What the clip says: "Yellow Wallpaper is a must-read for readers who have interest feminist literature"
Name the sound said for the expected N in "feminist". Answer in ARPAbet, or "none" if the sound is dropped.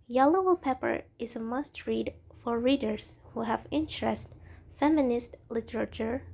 N